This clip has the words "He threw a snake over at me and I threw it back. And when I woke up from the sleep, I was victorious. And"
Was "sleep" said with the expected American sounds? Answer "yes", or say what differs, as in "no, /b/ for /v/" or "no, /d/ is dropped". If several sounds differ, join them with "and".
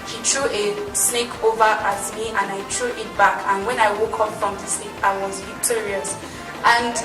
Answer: no, /l/ is dropped